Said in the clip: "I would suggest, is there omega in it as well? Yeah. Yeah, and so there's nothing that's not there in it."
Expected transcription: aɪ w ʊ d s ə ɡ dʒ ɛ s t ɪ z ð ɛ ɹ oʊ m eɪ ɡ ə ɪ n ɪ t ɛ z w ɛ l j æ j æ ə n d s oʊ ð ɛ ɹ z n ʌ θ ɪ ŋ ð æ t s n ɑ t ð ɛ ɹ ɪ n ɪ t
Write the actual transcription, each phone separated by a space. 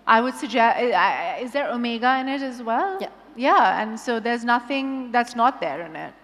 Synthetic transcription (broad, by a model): aɪ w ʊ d s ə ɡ dʒ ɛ s t ɪ z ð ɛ ɹ oʊ m eɪ ɡ ə ɪ n ɪ t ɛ z w ɛ l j j æ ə n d s oʊ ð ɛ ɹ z n ʌ θ ɪ ŋ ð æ t s n ɑ t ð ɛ ɹ ɪ n ɪ t